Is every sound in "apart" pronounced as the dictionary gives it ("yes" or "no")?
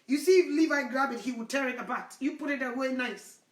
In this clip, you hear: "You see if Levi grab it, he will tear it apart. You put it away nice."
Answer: no